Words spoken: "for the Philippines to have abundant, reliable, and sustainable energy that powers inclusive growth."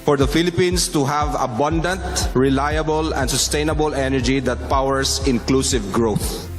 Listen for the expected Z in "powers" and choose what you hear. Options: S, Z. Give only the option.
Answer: S